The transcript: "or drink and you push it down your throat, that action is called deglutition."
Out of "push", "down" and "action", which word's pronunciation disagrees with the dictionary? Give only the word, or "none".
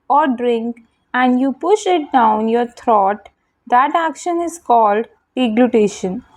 none